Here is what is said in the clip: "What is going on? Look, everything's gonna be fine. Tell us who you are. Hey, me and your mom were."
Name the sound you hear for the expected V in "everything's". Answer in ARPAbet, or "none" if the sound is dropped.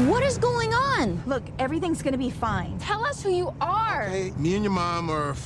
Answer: V